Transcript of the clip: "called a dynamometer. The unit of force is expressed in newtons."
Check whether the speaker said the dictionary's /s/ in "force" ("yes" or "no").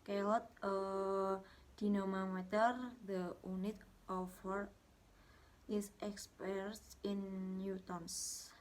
no